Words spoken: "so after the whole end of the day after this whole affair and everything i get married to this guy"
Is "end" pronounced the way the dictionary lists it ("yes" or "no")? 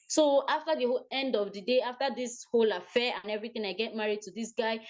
yes